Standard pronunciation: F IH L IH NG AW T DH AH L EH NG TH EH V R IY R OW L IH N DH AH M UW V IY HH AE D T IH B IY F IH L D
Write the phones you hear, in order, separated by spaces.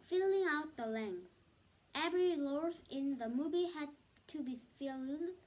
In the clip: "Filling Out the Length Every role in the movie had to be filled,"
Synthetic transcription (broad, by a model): F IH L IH NG AW T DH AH L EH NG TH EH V R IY L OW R IH N DH AH M UW V IY HH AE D T IH B IY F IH L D